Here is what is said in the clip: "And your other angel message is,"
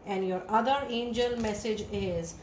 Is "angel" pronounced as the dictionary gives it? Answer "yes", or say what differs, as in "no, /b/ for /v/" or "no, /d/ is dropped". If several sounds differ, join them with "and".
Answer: yes